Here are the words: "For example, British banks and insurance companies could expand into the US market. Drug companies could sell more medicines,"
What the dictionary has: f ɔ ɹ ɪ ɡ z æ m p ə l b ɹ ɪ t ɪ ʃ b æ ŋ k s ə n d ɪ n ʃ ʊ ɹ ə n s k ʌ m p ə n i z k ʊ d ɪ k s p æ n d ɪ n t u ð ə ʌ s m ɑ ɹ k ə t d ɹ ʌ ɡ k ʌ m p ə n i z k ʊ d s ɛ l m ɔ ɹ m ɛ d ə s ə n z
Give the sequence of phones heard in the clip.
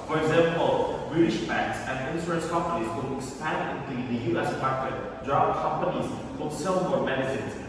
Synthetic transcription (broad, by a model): f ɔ ɹ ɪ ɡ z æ m p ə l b ɹ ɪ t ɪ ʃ b æ ŋ k s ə n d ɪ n s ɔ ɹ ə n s k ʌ m p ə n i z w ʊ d ɪ k s p æ n d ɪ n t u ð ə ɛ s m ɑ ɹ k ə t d ɹ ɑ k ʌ m p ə n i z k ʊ s ɛ l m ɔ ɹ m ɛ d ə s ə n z